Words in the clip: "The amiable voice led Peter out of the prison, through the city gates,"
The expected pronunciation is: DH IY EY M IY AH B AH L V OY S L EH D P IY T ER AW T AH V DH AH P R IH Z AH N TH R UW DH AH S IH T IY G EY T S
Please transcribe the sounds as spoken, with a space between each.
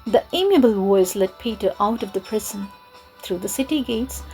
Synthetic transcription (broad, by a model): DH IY EY M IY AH B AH L W OY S L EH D P IY T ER AW T AH V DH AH P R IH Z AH N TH R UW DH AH S IH T IY G EY T S